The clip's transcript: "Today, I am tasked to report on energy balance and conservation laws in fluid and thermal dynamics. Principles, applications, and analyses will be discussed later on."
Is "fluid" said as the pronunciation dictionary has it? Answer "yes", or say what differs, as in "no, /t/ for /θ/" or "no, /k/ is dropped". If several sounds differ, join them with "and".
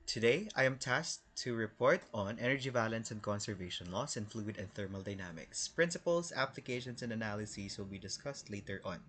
yes